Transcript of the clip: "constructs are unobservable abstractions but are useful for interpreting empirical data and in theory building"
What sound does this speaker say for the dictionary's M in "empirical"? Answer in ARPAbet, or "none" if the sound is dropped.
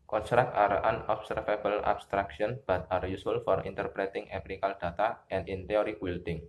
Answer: none